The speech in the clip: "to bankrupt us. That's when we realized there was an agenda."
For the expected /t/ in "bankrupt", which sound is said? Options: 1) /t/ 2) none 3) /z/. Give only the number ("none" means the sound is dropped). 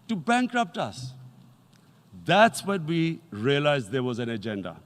1